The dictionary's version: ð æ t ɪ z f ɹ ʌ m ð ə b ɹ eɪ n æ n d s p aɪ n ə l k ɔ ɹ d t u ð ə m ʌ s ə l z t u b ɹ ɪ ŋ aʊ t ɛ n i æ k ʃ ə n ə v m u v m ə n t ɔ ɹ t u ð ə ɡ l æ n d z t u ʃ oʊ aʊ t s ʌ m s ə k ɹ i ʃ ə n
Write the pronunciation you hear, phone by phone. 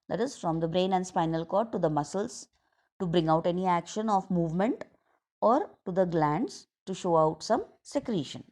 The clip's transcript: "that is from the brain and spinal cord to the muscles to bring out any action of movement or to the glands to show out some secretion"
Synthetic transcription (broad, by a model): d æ t ɪ z f ɹ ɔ m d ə b ɹ eɪ n æ n d s p aɪ n ə l k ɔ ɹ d t u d ə m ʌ s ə l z t u b ɹ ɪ ŋ aʊ t ɛ n i æ k ʃ ə n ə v m u v m ə n t ɔ ɹ t u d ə ɡ l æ n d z t u ʃ oʊ aʊ t s ʌ m s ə k ɹ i ʃ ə n